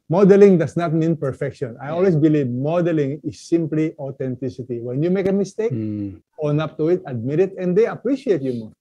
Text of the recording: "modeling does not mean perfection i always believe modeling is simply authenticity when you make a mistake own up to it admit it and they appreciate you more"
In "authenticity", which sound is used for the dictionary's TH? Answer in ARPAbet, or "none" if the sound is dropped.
T